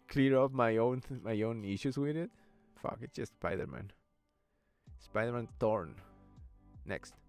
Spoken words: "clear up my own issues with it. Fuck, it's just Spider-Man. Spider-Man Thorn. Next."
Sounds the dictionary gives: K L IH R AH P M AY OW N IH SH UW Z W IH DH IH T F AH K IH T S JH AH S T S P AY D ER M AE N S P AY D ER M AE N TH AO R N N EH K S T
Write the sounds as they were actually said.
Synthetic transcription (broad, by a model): K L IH R AH P M AY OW N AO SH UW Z W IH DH IH T F AH K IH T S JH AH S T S P AY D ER M AE N S P AY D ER M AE N T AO R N N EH K S T